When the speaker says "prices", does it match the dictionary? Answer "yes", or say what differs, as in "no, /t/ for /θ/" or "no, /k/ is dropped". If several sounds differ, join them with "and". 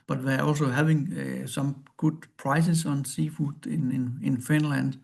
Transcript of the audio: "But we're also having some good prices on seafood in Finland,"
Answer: no, /s/ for /z/